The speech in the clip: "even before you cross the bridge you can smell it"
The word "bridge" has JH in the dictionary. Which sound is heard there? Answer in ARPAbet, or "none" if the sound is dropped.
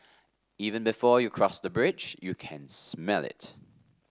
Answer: JH